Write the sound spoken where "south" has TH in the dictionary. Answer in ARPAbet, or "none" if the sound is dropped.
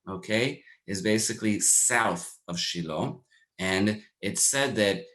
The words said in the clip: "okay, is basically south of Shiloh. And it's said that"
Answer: TH